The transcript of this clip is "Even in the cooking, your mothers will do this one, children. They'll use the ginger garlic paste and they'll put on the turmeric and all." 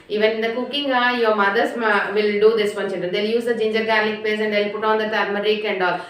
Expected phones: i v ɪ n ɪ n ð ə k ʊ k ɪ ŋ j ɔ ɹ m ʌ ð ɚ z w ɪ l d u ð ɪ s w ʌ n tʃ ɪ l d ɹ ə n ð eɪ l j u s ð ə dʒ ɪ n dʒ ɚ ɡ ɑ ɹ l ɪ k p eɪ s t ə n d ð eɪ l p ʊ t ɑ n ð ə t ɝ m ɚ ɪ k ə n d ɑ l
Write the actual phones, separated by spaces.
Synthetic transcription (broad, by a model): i v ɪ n ɪ n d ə k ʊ k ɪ ŋ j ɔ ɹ m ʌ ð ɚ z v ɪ l d u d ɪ s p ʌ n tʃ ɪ n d ə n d eɪ l j u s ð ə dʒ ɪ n dʒ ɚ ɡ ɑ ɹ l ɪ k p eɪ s ə n d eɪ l p ʊ t ɑ n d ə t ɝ m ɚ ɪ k ə n d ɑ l